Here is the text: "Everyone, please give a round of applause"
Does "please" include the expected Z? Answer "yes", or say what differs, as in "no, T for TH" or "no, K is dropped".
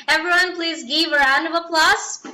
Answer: yes